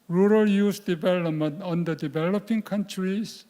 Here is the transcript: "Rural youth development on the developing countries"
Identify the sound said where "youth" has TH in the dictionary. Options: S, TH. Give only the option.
S